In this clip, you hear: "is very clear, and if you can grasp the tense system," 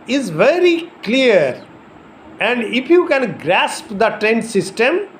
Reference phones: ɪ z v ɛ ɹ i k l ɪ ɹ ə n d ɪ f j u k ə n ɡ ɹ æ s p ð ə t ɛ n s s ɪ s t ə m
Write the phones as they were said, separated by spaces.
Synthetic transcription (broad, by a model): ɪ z v ɛ ɹ i k l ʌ ɹ ə n d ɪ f j u k ə n ɡ ɹ æ s p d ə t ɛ n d s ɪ s t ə m